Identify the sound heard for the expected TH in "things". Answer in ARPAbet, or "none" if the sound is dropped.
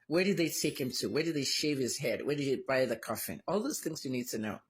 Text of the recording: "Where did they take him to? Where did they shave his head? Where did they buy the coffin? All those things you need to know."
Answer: TH